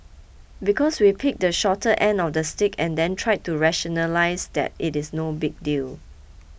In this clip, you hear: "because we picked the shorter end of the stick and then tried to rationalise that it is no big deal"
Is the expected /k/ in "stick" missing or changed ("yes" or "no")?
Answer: no